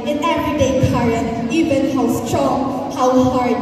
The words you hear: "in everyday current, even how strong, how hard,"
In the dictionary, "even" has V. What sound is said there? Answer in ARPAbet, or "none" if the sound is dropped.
V